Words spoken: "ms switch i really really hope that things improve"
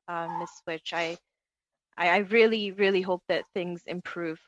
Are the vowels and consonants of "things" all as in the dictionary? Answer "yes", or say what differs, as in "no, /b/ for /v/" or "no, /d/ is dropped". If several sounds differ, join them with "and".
yes